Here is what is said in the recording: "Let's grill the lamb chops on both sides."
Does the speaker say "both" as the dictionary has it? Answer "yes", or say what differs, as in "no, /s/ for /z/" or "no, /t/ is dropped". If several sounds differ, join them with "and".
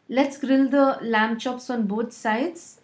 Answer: no, /t/ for /θ/